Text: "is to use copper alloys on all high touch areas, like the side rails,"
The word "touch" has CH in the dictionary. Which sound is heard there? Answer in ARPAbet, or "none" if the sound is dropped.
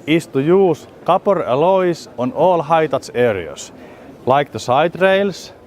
S